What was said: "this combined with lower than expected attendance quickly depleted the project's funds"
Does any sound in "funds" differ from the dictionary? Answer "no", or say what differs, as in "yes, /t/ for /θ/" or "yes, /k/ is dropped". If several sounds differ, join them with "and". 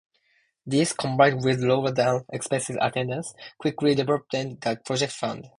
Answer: yes, /z/ is dropped